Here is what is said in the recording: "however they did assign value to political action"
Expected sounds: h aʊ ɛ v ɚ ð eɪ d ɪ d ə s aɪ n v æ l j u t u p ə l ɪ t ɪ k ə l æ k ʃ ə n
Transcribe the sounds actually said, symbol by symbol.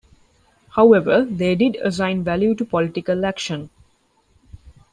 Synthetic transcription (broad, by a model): h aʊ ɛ v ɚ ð eɪ d ɪ d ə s aɪ n v æ l j u t u p ə l ɪ t ɪ k ə l æ k ʃ ə n